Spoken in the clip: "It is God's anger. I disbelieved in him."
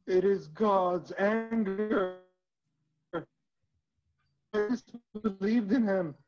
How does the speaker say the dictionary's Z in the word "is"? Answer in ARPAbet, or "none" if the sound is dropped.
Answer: Z